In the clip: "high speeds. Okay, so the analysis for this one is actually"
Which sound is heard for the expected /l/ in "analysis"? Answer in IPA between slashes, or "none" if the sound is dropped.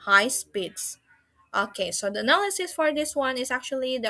/l/